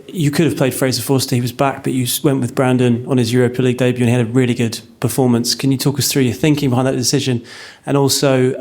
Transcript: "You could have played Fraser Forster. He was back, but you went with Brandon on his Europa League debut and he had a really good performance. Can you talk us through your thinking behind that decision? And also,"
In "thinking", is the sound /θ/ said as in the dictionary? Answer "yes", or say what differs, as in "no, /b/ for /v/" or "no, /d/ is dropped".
yes